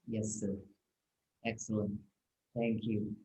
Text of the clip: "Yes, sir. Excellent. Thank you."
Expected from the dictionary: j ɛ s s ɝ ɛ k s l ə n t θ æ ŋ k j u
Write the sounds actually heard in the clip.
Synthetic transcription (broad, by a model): j ɛ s s ɝ ɛ k s l ə n t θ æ ŋ k j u